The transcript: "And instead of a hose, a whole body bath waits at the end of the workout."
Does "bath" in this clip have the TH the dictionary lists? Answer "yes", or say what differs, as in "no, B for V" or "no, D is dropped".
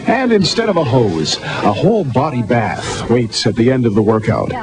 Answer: yes